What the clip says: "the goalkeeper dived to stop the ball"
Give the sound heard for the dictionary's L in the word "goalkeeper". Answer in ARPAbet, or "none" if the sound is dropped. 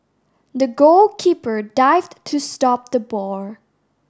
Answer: L